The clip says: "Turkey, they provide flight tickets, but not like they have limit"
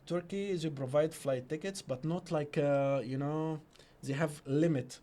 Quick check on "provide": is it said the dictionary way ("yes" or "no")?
yes